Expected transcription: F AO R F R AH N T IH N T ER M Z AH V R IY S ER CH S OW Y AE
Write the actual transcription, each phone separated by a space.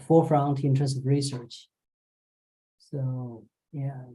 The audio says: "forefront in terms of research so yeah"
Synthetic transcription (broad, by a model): F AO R F R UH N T IH N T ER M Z AH V R IY S ER CH S OW Y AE